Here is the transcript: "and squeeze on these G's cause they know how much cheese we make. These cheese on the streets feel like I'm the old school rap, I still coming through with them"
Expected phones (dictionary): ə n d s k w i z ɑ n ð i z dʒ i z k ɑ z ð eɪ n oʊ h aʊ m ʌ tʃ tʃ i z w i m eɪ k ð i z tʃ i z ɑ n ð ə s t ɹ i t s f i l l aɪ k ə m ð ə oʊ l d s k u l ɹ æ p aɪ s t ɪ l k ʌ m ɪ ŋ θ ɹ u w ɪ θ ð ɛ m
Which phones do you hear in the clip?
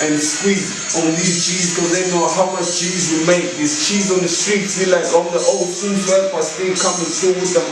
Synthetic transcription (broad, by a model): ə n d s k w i ɑ n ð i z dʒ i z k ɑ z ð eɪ n oʊ h aʊ m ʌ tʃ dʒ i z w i m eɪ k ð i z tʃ i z ɑ n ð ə s t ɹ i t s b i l l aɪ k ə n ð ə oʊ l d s u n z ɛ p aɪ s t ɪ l k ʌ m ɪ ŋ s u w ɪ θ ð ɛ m